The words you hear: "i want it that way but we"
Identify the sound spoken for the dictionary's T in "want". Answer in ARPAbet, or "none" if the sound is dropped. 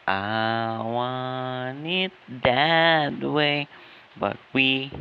none